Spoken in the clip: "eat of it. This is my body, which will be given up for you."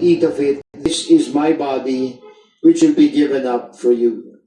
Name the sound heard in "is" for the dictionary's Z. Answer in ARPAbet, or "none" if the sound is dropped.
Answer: Z